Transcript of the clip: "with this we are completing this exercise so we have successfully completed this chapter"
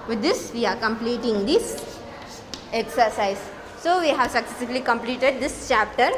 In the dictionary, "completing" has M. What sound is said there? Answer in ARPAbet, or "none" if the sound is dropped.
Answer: M